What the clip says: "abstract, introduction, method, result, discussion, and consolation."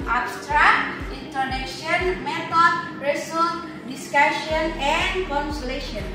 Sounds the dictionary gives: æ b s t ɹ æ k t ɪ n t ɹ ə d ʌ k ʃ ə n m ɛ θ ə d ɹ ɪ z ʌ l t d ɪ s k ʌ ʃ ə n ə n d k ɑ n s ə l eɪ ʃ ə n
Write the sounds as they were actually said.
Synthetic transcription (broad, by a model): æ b s t ɹ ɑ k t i n t ə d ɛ ʃ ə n m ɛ t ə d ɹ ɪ s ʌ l d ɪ s k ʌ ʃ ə n ə n d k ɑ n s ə l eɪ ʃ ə n